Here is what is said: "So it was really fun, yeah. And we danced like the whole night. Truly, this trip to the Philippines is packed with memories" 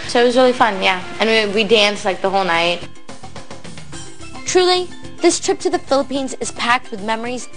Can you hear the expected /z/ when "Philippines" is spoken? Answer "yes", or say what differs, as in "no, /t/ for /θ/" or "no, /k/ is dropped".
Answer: yes